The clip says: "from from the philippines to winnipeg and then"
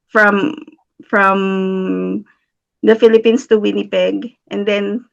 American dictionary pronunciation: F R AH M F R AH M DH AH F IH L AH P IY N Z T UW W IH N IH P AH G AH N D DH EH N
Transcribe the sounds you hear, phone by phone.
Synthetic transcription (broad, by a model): F R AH M F R AH M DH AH F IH L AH P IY N S T UW W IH N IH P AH G AH N D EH N